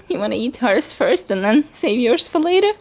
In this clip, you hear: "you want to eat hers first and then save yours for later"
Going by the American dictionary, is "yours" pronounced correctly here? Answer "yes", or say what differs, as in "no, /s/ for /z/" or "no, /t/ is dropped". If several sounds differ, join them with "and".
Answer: no, /s/ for /z/